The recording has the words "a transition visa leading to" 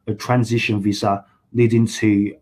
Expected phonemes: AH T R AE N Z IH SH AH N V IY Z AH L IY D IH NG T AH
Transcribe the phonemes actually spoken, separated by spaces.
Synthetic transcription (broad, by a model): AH T R AE N Z IH SH AH N V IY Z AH L IY D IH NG T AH